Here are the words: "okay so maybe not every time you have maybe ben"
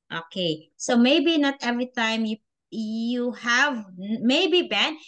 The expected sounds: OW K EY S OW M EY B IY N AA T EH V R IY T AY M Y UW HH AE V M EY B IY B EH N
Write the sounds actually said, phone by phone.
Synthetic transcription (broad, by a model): OW K EY S OW M EY B IY N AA T EH V R IY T AY M Y UW HH AE V M EY B IY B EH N